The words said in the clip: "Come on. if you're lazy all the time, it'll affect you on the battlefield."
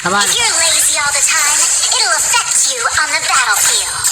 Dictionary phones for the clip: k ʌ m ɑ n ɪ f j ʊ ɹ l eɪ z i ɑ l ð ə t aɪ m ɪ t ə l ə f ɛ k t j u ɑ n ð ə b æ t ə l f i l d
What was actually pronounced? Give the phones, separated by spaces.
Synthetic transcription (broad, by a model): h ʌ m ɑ ɪ f j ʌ ɹ l eɪ z i ɑ l ð ə t aɪ m ɪ t l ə f ɛ k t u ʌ n ð ə b æ t l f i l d